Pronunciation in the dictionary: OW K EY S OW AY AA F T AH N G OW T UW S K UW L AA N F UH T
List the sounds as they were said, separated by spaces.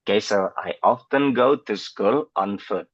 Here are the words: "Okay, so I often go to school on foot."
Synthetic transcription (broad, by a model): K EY S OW AY AA F T AH N G OW T UW S K UW L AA N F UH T